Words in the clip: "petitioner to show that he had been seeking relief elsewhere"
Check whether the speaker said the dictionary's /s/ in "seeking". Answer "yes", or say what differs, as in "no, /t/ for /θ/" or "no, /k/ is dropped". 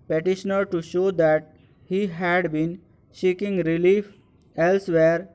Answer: no, /ʃ/ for /s/